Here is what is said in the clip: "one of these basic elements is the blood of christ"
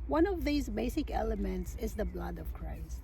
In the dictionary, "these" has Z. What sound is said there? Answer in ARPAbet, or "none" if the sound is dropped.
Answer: Z